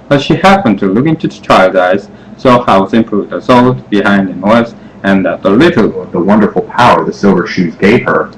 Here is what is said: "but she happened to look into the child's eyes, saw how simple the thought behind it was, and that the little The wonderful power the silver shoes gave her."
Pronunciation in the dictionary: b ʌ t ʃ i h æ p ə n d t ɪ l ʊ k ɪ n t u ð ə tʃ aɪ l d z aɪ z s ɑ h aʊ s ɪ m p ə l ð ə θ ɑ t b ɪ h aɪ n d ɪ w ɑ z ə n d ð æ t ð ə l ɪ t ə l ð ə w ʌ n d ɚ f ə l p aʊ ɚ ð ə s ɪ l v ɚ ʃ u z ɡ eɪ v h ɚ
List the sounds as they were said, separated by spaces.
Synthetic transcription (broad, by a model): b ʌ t ʃ i h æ p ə n t ɪ l ʊ k ɪ n t u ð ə tʃ aɪ l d aɪ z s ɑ h aʊ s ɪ m p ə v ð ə s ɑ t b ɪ h aɪ n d ɪ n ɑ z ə n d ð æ t ð ə l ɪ t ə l ð ə w ʌ n d ɚ f l p aʊ ɚ ð ə s ɪ l v ɚ ʃ u z ɡ eɪ v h ɚ